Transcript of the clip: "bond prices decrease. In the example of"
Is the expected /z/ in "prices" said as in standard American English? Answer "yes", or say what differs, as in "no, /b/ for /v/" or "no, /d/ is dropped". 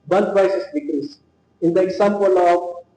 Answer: no, /s/ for /z/